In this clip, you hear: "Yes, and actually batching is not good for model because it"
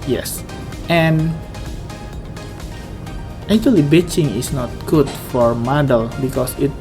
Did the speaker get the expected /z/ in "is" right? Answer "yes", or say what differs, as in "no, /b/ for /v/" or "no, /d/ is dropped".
no, /s/ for /z/